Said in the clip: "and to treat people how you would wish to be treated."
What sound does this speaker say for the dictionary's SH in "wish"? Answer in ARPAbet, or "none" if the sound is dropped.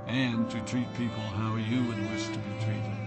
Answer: S